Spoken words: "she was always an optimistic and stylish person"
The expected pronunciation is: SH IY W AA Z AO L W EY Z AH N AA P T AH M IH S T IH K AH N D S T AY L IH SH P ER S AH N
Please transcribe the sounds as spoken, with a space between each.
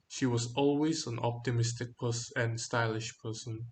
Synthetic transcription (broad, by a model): SH IY W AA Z AO L W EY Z AH N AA P T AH M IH S T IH K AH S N S T AY L IH SH P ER S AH N